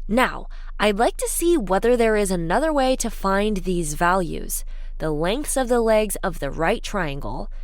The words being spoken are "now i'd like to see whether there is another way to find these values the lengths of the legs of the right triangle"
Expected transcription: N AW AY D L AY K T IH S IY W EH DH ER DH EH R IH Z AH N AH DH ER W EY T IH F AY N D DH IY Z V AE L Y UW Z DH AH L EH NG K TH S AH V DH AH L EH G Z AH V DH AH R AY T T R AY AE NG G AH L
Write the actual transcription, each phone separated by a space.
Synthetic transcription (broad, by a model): N AW AY D L AY K T IH S IY W EH DH ER DH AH R IH Z AH N AH DH ER W EY T IH F AY N DH IY Z V AE L Y UW Z DH AH L EH NG K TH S AH V DH AH L EH G Z AH V DH AH R AY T T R AY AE NG G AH L